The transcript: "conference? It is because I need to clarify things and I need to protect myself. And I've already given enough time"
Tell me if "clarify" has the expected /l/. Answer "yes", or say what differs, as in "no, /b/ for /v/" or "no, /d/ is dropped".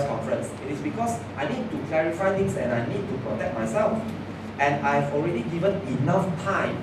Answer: yes